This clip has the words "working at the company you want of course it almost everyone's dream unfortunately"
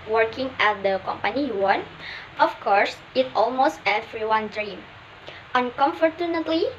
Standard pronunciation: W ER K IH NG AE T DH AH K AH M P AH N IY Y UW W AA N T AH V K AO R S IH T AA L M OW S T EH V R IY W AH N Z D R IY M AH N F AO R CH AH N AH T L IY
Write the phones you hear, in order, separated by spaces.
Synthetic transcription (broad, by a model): W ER K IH NG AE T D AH K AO M P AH N IY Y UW W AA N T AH F K AO R S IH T AA L M OW S T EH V R IY W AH N D R IY M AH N F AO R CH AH N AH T L IY